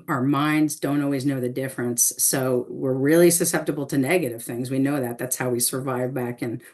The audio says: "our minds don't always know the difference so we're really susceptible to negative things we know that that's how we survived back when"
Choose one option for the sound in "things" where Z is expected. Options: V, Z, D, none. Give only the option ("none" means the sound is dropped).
Z